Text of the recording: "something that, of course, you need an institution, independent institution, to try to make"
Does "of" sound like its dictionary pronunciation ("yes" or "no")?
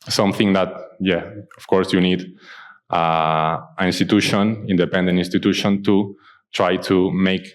no